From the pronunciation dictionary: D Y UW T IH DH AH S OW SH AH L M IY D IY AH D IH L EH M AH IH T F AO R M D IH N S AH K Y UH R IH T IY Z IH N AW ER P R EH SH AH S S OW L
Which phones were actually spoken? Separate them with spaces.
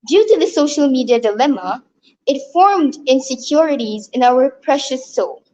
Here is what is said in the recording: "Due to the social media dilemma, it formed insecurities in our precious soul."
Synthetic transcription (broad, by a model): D Y UW T IH DH AH S OW SH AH L M IY D IY AH D IH L EH M AH IH T F AO R M D IH N S AH K Y UH R IH T IY Z IH N AW ER P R EH SH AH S S OW L